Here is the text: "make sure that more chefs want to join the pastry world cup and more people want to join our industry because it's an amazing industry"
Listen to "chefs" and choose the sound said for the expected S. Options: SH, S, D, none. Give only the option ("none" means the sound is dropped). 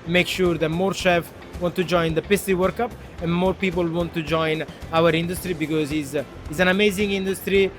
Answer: none